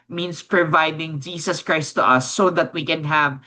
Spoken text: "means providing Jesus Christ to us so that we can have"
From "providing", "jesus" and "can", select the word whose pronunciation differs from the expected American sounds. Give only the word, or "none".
jesus